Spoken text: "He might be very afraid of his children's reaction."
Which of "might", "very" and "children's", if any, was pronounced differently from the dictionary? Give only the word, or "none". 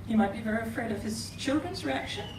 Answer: none